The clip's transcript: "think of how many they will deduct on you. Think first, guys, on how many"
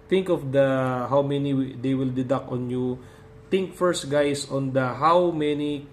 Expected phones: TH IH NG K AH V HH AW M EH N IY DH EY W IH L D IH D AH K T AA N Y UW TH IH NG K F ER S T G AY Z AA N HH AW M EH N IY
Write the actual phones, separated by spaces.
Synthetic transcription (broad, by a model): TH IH NG K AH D HH AW M EH N IY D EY W IH L D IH D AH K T AA N Y UW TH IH NG K F ER S T G AY S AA N HH AW M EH N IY